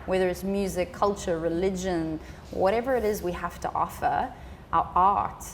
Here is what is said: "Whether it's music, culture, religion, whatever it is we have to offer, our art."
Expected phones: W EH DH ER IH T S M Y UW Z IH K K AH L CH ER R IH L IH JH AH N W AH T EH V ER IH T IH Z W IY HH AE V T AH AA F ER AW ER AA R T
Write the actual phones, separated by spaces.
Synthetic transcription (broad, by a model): W EH DH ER IH T S M Y UW Z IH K K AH L CH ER R IH L IH JH AH N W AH T EH V ER IH T IH Z W IY HH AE F T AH AA F ER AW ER AA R T